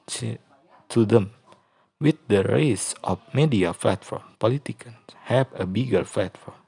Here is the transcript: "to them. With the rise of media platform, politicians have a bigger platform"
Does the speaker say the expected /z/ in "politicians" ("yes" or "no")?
no